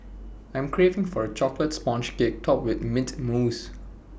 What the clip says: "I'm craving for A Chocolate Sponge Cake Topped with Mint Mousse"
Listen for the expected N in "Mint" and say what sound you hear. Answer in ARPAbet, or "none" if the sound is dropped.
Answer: none